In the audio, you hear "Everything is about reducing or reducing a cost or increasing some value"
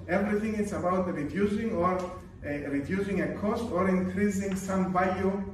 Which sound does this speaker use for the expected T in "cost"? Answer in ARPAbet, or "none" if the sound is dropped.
T